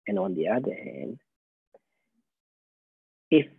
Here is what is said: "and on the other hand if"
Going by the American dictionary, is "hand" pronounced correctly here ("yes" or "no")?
no